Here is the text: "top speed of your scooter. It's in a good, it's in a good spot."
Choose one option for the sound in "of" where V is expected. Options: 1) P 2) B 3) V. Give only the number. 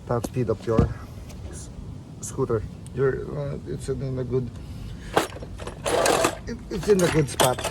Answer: 1